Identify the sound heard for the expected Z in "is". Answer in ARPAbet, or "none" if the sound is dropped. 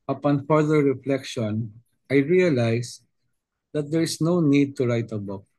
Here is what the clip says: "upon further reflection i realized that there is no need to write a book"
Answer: S